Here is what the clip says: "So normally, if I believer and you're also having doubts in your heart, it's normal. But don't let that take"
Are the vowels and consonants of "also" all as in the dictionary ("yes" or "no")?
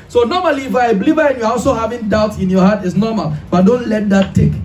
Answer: yes